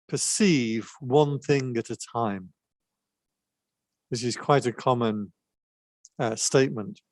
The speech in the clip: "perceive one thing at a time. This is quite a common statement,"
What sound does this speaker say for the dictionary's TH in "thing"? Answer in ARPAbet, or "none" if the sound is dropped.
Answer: TH